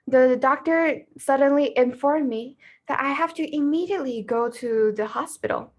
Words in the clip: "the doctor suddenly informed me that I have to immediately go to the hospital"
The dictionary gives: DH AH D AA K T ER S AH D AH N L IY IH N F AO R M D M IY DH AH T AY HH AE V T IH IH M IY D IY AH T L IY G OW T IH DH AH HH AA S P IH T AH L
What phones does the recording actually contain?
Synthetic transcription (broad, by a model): DH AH D AA K T ER S AH D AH N L IY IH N F AO R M M IY DH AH T AY HH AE F T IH IH M IY D IY AH T L IY G OW T IH DH AH HH AA S P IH T L